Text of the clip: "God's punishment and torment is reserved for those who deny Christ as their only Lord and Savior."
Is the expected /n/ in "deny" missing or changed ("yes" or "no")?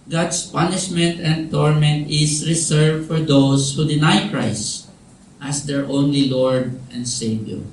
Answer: no